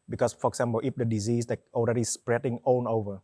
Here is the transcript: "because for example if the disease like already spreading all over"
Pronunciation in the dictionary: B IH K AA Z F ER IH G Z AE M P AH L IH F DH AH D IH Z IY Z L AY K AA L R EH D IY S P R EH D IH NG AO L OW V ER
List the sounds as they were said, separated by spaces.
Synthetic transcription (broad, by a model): B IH K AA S F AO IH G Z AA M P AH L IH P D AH D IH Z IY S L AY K AA L R EH D IY S P R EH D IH NG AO N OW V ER